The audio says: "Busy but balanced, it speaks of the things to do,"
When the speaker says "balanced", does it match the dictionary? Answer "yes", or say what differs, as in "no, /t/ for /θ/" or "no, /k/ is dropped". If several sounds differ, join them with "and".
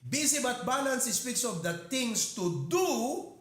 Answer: no, /t/ is dropped